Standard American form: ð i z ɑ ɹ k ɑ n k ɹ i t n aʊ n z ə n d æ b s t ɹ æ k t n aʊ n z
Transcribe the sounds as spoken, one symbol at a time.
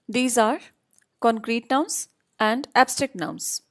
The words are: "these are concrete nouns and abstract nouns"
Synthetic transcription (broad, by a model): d i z ɑ ɹ k ɑ n k ɹ i t n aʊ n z ə n d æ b s t ɹ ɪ k t n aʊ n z